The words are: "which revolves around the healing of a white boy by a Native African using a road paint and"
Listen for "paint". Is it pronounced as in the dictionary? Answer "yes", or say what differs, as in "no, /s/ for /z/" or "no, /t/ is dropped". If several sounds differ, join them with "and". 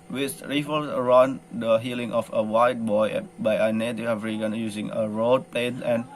no, /t/ is dropped